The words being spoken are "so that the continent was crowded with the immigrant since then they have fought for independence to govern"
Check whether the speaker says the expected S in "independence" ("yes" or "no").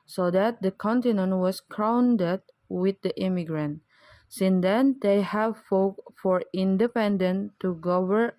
no